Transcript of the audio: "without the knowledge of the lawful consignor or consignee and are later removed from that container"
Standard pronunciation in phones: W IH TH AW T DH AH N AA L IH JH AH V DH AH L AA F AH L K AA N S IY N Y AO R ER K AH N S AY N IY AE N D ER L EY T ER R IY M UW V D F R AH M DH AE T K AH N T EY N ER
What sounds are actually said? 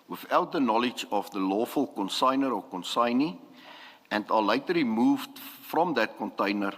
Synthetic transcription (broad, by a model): W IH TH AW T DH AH N AA L IH JH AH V DH AH L AA F AH L K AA N S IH N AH R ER K AH N S AY N IY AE N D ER L EY T ER L IY M UW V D F R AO M DH AE T K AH N T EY N ER